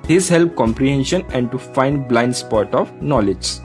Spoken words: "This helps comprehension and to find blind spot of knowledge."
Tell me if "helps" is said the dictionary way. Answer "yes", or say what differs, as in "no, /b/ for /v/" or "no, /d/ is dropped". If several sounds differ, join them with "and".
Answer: no, /s/ is dropped